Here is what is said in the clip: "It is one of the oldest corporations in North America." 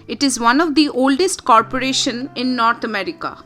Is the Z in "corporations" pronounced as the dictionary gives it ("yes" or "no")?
no